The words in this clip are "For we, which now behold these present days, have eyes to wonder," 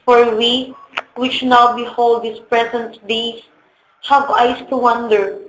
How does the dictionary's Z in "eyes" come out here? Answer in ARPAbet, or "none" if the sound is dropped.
S